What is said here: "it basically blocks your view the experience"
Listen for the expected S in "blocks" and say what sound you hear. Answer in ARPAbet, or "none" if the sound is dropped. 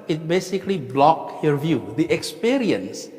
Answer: none